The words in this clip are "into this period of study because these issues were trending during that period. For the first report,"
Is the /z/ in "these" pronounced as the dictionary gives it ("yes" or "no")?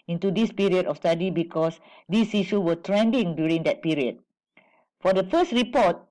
no